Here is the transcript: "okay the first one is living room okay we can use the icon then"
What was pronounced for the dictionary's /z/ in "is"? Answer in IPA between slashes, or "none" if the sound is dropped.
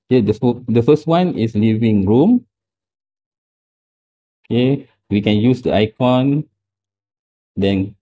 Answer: /s/